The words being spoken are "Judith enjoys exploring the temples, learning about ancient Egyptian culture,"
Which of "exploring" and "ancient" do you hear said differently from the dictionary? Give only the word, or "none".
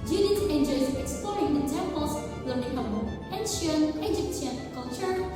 ancient